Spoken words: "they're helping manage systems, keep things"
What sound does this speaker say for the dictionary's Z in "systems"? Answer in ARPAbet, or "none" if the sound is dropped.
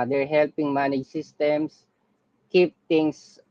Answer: S